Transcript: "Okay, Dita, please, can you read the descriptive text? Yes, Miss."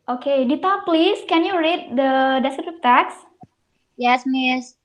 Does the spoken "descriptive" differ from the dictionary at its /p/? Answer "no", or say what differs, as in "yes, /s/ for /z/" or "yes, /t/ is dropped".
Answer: yes, /p/ is dropped